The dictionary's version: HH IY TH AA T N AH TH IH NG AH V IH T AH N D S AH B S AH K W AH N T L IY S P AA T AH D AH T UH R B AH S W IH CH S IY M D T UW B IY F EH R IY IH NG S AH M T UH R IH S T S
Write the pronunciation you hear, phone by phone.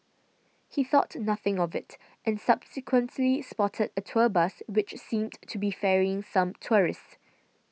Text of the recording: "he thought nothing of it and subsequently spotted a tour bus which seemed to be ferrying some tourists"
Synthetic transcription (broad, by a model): HH IY TH AA T N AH TH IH NG AH V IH T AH N S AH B S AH K W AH N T L IY S P AA T AH D AH T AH B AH S W IH CH S IY M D T UW B IY F EH R IY IH NG S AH M T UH R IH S S